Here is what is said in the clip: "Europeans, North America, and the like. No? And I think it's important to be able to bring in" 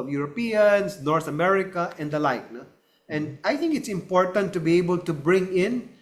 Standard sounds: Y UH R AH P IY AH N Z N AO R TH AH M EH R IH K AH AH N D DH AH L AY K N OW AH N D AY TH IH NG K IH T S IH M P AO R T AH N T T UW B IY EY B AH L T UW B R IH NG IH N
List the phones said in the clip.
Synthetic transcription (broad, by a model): Y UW R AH P IY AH N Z N AO R T AH M EH R IH K AH AH N D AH L AY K N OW AH N D AY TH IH NG K IH T S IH M P AO R T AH N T T UW B IY EY B AH L T UW B R IH NG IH N